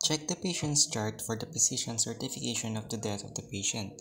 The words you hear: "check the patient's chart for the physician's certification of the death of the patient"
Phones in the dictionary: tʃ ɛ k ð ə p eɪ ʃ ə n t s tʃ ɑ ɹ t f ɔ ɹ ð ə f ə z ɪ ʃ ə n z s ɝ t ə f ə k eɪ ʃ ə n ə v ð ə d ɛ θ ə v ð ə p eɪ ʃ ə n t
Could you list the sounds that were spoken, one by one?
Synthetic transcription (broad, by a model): tʃ ɛ k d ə p eɪ ʃ ə n t s tʃ ɑ ɹ t f ɔ ɹ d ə p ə s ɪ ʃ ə n s ɝ t ə f ə k eɪ ʃ ə n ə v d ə d ɛ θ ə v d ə p eɪ ʃ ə n t